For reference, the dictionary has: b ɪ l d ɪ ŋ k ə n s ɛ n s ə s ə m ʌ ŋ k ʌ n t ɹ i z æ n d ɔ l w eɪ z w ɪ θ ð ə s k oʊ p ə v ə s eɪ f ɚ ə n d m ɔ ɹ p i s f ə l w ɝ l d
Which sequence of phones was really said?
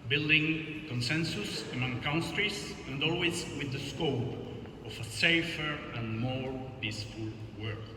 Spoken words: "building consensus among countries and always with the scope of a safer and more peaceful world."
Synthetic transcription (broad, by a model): b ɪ l d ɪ ŋ k ə n s ɛ n s ə s ə m ʌ ŋ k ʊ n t ɹ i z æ n d ɔ l w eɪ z w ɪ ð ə s k oʊ p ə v ə s eɪ f ɚ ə n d m ɔ ɹ p i s f ə l w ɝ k